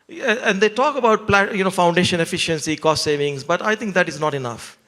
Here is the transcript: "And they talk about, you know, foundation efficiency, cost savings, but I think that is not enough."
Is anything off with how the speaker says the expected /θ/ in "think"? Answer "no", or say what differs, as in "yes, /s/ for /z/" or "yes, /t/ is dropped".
yes, /t/ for /θ/